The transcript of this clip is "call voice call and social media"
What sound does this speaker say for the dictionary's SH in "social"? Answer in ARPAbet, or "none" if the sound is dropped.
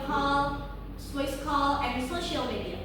SH